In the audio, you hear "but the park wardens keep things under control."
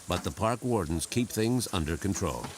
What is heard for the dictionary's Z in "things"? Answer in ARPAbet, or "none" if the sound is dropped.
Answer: Z